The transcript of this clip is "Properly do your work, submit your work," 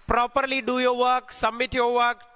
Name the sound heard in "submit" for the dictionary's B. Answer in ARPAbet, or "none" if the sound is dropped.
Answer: none